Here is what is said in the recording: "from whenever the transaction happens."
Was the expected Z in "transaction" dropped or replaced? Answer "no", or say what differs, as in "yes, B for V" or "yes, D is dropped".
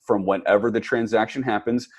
no